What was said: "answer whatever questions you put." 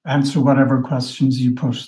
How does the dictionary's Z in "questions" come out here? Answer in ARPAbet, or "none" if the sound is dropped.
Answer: Z